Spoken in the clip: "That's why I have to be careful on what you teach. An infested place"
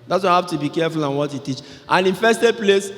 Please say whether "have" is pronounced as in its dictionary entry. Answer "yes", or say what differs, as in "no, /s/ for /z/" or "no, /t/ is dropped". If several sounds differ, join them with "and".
no, /f/ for /v/